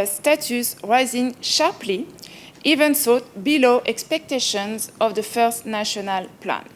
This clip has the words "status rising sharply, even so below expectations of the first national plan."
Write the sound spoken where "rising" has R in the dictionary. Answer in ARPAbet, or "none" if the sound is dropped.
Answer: R